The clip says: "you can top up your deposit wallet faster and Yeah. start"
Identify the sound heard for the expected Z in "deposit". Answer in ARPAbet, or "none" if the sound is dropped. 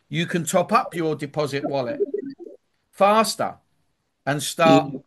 Z